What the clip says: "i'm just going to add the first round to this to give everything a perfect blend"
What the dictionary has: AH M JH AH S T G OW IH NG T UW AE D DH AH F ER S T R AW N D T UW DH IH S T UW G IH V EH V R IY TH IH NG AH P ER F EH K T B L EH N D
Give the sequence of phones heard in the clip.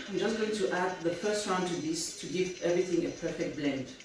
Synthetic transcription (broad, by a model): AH JH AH S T G OW IH NG T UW AE D DH AH F ER S T R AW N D T UW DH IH S T UW G IH V EH V R IY TH IH NG AH P ER F EH K T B L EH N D